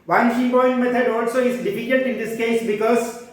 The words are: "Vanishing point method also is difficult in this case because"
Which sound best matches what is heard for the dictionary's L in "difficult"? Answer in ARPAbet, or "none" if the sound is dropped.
N